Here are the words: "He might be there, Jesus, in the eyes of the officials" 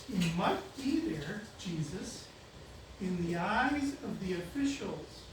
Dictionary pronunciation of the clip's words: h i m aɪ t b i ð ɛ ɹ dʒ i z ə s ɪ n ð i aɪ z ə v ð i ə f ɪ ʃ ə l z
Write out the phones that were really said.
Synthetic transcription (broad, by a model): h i m aɪ t b i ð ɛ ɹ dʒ i z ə s ɪ n ð i aɪ z ə v ð i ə f ɪ ʃ l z